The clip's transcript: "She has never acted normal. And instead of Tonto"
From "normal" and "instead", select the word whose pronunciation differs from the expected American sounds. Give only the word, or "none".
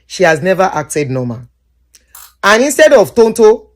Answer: normal